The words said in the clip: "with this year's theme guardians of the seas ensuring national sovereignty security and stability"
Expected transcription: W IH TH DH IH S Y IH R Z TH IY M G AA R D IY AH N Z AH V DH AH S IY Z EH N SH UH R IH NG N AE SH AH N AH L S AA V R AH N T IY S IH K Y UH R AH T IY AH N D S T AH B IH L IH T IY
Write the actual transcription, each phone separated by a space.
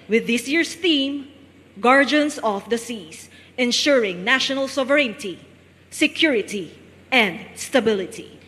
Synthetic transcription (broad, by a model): W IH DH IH S Y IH R S TH IY M G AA R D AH N S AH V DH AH S IY S EH N SH UH R IH NG N AE SH AH N AH L S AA V R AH N T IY S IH K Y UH R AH T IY AH N D S T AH B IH L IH T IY